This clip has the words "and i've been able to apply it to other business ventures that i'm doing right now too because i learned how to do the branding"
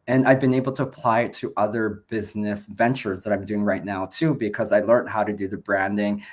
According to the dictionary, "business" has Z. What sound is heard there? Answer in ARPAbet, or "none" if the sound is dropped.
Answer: Z